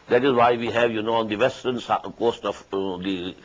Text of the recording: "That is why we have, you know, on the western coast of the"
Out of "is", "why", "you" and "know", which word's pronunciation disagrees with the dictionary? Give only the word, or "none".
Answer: is